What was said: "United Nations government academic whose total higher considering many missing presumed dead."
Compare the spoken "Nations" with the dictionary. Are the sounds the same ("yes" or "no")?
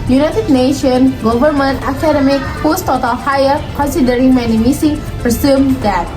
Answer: no